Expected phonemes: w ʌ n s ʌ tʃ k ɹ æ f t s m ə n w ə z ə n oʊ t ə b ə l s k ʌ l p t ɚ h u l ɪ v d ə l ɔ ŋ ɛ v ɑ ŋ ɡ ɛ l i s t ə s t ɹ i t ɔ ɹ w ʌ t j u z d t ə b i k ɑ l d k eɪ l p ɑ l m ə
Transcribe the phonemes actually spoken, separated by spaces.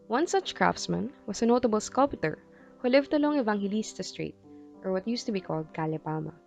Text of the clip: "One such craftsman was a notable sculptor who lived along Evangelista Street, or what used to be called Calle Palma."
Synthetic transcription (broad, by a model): w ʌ n s ʌ tʃ k ɹ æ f t s m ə n w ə s ə n oʊ t ə b ə l s k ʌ l p t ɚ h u l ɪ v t ə l ɔ ŋ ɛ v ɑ ŋ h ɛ l i s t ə s t ɹ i t ɔ ɹ w ʌ t j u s t ə b i k ɑ l d k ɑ l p ɑ m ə